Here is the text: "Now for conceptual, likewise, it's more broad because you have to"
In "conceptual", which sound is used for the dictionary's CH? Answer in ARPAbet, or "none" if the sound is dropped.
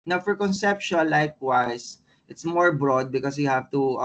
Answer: SH